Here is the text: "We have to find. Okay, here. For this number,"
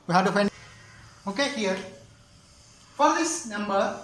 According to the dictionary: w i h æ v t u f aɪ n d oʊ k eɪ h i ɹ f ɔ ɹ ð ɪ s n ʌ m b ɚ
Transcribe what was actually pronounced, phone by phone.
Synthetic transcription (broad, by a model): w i h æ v t u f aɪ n oʊ k eɪ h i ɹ f ɔ ɹ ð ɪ s n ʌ m b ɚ